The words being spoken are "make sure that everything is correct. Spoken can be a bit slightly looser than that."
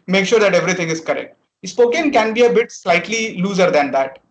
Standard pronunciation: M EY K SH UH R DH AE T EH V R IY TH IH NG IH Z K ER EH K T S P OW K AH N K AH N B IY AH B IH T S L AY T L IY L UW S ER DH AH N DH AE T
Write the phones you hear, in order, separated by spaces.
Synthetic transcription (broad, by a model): M EY K SH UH R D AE T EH V R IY T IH NG IH Z K ER EH K T S P OW K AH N K AH N B IY AH B IH T S L AY T L IY L UW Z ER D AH N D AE T